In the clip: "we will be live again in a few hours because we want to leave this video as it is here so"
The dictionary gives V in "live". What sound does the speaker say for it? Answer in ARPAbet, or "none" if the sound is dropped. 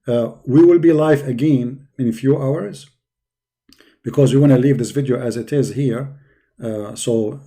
F